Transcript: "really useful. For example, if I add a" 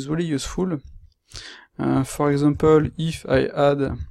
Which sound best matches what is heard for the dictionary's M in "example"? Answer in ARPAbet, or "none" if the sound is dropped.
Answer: none